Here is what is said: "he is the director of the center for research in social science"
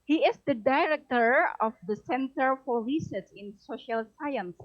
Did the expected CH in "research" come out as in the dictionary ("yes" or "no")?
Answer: no